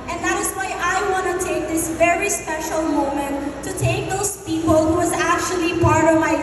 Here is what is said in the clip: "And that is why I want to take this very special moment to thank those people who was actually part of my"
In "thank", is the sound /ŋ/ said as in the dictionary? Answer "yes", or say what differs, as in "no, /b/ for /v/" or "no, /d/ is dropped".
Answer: no, /ŋ/ is dropped